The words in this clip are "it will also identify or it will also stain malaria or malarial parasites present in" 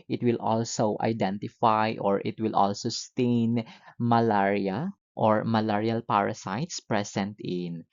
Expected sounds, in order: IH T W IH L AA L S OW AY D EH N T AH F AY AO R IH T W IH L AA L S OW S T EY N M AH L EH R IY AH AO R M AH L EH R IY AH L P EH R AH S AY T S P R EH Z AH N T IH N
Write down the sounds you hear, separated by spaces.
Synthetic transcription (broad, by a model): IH T W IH L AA L S OW AY D EH N T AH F AY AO R IH T W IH L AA L S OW S T EY N M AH L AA R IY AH AO R M AH L EH R IY AH L P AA R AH S AY T S P R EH S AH N T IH N